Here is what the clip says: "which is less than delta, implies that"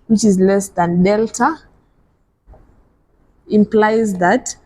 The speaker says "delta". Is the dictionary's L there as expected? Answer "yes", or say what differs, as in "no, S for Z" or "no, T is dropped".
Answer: yes